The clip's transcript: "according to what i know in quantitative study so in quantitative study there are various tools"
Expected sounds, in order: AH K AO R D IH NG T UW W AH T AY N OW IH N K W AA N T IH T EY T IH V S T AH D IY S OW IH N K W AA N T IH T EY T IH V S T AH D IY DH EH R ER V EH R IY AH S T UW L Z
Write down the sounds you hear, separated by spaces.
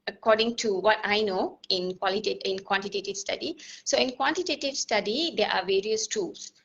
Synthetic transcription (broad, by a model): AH K AO R D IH NG T UW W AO T AY N OW IH N K W AA N T IH T EY T IH V S T AH D IY S OW IH N K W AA N T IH T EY T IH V S T AH D IY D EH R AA V EH R IY AH S T UW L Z